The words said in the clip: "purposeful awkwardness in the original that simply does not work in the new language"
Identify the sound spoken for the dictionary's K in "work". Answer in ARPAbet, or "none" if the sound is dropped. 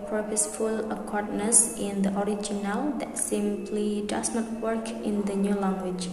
K